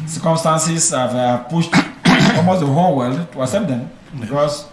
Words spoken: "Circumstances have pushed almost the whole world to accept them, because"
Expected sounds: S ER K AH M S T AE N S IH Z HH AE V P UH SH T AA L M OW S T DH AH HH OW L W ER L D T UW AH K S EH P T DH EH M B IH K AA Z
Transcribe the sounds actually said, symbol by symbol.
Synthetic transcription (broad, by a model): S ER K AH M S T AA N S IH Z HH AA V P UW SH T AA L M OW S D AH HH OW L W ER L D T UW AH S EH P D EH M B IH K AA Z